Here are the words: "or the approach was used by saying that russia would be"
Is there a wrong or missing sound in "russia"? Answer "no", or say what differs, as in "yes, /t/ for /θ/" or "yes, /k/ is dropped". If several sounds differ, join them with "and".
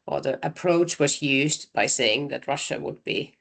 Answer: no